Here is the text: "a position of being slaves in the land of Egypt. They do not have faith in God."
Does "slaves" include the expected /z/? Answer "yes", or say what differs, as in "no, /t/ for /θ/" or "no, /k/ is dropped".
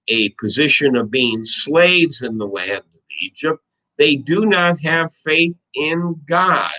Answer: yes